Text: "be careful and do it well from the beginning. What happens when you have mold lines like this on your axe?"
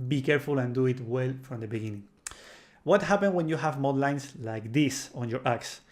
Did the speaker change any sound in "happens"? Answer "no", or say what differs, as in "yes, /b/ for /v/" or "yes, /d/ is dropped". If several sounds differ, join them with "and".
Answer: yes, /z/ is dropped